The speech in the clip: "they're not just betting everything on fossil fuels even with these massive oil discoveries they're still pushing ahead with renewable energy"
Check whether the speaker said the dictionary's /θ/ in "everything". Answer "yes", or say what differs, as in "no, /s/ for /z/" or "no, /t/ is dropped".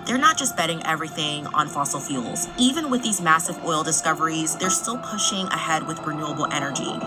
yes